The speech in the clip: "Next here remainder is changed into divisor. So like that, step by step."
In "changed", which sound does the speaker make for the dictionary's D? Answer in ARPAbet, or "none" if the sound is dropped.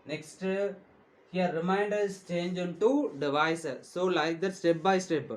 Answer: none